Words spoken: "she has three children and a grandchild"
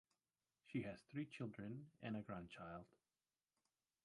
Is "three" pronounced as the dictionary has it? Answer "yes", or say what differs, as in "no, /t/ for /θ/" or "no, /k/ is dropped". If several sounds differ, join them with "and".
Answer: yes